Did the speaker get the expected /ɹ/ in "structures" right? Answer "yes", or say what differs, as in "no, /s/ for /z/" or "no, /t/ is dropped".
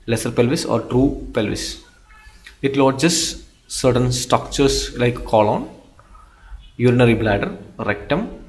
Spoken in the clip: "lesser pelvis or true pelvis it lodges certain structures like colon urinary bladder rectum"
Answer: no, /ɹ/ is dropped